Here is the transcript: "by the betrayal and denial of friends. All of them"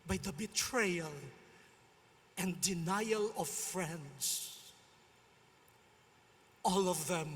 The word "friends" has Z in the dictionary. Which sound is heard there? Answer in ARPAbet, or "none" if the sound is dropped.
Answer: S